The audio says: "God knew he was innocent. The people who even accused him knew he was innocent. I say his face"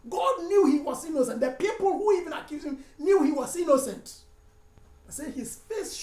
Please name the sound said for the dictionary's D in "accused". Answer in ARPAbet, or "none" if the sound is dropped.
none